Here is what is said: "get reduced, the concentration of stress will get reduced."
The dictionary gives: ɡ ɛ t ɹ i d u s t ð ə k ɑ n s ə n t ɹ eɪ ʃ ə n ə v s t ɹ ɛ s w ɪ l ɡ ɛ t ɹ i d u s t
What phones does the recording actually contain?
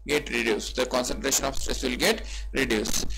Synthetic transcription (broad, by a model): ɡ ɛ t ɹ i d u s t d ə k ɑ n s ə n t ɹ eɪ ʃ ə n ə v s t ɹ ɛ s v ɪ l ɡ ɛ t ɹ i d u s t